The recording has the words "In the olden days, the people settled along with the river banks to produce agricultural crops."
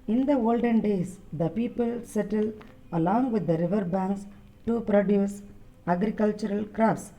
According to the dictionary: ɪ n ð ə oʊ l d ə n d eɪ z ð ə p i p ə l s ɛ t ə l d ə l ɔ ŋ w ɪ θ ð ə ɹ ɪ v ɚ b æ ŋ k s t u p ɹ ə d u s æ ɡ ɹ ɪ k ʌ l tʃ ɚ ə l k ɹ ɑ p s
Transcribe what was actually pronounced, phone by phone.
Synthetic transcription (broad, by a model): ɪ n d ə oʊ l d ə n d eɪ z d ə p i p ə l s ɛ t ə l ə l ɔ ŋ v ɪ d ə ɹ ɪ v ɚ b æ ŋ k s t u p ɹ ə d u s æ ɡ ɹ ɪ k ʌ l tʃ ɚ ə l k ɹ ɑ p s